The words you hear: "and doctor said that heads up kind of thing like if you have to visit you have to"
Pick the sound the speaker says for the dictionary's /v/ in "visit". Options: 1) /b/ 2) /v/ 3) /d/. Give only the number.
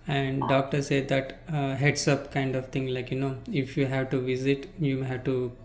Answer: 2